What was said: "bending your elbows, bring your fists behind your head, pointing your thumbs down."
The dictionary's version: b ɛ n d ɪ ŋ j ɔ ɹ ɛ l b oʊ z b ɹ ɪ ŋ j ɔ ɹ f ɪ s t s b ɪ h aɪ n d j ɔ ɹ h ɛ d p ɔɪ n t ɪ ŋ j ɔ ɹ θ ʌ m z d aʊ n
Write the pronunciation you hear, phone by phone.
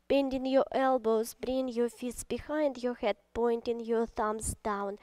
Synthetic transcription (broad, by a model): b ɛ n d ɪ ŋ j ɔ ɹ ɛ l b oʊ z b ɹ ɪ ŋ j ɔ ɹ f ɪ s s b ɪ h aɪ n d j ɔ ɹ h ɛ d p ɔɪ n t ɪ ŋ j ɔ ɹ θ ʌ m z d aʊ n